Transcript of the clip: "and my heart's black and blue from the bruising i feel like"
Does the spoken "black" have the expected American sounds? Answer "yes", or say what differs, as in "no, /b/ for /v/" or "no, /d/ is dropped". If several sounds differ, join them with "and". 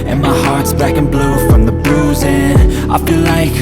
no, /l/ is dropped